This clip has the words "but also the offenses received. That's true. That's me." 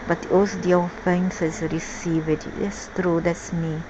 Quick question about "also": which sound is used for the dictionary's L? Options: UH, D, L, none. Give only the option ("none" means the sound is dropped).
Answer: none